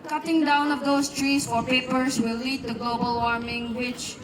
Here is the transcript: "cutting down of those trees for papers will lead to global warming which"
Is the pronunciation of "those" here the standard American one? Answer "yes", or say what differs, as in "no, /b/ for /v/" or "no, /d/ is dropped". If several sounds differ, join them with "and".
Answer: no, /s/ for /z/